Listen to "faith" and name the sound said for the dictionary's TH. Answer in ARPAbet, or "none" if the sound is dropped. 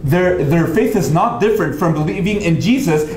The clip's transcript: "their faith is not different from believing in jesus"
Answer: TH